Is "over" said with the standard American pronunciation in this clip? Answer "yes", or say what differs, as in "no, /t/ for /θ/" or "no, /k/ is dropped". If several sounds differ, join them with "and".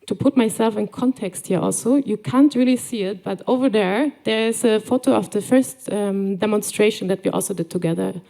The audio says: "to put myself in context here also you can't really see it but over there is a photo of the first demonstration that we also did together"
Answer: yes